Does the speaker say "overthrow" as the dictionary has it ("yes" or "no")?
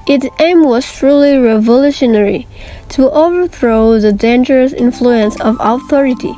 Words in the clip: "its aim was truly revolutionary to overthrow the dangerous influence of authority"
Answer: yes